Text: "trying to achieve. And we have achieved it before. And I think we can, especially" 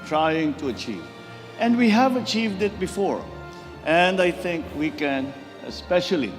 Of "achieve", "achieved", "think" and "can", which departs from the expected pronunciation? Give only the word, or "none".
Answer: none